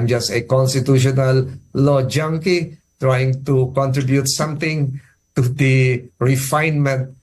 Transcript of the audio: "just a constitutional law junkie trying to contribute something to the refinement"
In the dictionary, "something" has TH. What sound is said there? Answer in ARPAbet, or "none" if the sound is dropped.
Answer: T